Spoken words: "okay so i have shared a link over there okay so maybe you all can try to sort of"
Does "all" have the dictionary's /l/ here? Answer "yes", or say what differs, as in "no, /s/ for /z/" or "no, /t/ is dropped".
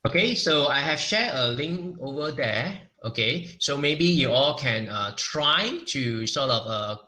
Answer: yes